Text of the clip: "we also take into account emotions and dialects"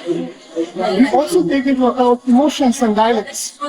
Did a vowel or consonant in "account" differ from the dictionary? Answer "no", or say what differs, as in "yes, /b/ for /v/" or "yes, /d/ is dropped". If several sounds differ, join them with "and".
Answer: yes, /n/ is dropped